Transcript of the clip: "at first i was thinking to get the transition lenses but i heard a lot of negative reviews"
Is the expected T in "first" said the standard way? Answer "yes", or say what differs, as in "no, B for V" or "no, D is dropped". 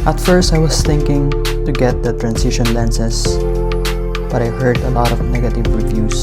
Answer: yes